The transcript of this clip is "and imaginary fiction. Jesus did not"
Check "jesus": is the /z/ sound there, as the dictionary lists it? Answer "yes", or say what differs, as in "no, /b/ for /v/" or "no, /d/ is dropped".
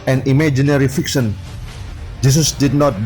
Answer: no, /s/ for /z/